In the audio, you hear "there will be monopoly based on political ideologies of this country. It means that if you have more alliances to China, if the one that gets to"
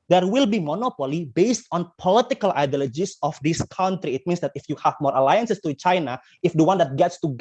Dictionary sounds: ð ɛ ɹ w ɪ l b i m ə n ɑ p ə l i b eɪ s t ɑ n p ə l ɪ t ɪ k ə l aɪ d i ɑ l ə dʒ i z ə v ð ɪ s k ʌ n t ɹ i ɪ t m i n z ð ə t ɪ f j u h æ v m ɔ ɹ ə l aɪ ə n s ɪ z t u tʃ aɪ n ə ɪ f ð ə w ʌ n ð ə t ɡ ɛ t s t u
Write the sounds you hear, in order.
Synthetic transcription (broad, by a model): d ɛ ɹ w ɪ l b i m ə n ɑ p ə l i b eɪ s t ɑ n p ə l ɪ t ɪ k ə l aɪ d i l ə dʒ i s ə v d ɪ s k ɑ n t ɹ i ɪ t m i n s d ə t ɪ f j u h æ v m ɔ ɹ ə l aɪ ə n s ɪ s t u tʃ aɪ n ə ɪ f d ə w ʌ n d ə t ɡ ɛ t s t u